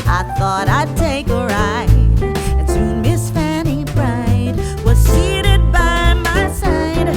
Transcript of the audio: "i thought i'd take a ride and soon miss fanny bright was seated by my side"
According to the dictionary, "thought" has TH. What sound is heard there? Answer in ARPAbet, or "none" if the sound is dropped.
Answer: TH